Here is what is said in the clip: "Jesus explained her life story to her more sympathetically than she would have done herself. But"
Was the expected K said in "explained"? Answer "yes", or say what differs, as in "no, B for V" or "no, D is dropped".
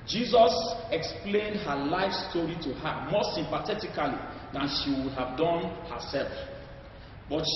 yes